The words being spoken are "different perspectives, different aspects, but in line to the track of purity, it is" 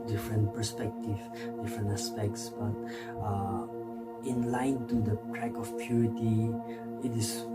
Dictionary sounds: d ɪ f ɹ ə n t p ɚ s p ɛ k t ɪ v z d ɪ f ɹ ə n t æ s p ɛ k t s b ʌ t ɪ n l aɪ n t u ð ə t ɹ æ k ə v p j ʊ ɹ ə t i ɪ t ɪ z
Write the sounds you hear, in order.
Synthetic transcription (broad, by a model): d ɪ f ɹ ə n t p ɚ s p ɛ k t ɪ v d ɪ f ɹ ə n t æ s p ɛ k t s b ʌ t ɪ n l aɪ n t u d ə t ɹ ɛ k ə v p j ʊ ɹ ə t i ɪ t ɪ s